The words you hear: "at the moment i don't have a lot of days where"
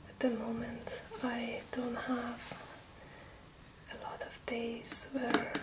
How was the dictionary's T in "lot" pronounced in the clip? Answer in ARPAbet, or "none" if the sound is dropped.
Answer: T